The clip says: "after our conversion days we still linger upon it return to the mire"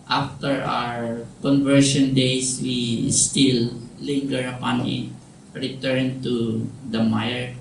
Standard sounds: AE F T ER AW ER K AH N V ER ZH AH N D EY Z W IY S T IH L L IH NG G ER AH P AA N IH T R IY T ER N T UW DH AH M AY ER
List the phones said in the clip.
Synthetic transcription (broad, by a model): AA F T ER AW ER K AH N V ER SH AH N D EY S W IY S T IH L L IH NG G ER AH P AA N IH T R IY T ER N T UW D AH M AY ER